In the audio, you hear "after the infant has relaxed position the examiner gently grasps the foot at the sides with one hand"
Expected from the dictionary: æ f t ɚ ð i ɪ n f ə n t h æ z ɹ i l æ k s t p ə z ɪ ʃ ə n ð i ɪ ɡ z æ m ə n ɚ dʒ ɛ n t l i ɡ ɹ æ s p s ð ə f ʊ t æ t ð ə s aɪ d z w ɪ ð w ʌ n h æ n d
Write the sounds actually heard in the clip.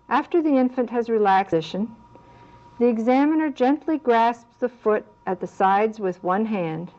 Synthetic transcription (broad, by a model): æ f t ɚ ð i ɪ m f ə n t h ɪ z ɹ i l æ k s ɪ ʃ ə n ð i ɪ ɡ z æ m ə n ɚ dʒ ɛ n t l i ɡ ɹ æ s p s ð ə f ʊ t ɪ t ð ə s aɪ d z w ɪ ð w ʌ n h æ n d